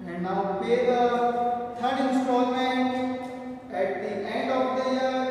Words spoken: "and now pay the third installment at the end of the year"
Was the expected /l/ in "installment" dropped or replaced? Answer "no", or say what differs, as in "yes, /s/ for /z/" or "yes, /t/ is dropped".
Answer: no